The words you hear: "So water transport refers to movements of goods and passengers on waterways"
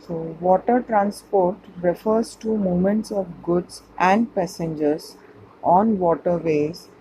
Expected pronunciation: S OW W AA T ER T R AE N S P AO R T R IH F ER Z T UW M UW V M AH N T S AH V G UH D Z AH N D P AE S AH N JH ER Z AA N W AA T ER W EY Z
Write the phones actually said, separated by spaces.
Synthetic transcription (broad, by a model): S OW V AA T ER T R AE N S P AO R T R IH F ER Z T UW M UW M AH N T S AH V G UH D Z AH N D P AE S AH N JH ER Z AA N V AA T ER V EY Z